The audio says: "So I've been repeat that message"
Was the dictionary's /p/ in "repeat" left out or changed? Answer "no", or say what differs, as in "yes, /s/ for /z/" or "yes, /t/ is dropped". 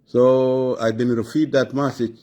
yes, /f/ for /p/